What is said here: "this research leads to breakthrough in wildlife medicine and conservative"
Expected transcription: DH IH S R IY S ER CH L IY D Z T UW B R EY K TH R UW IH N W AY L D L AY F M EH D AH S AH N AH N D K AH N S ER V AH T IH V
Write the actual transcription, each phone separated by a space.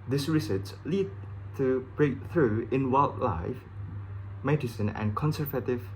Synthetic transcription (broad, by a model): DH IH S R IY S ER S L IY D T UW B R EY K TH R UW IH N W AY L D L AY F M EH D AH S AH N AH N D K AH N S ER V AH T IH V